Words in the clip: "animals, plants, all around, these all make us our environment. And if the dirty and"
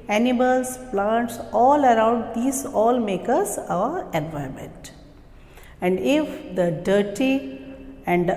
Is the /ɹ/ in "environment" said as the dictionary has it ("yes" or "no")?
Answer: no